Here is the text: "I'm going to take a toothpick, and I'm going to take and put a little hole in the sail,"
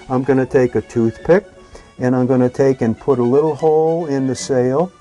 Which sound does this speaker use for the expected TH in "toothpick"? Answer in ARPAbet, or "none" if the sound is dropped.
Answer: TH